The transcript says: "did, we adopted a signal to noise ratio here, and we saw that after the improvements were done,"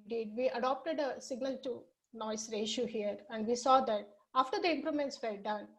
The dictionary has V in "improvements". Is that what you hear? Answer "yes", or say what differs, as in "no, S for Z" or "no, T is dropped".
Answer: no, V is dropped